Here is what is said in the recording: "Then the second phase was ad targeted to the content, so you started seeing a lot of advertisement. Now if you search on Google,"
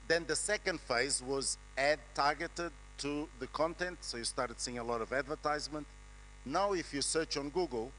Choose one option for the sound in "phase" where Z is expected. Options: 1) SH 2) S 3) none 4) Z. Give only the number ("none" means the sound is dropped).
4